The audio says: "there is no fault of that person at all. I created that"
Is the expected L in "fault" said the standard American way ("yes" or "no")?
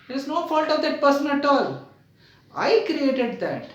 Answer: yes